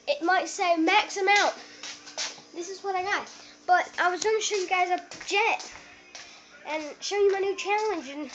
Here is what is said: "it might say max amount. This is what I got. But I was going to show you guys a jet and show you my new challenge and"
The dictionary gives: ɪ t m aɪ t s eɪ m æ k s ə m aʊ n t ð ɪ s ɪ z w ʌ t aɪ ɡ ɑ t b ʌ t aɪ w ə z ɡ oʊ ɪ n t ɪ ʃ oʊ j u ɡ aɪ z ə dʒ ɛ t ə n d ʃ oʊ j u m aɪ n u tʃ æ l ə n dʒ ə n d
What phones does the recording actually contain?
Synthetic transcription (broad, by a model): ɪ t m aɪ t s eɪ m æ k s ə m aʊ t ð ɪ s ɪ z w ʌ t aɪ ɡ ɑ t b ʌ t aɪ w ə z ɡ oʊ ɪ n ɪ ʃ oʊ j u ɡ aɪ z ə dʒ ɛ t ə n ʃ oʊ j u m aɪ n u tʃ æ l ə n dʒ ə n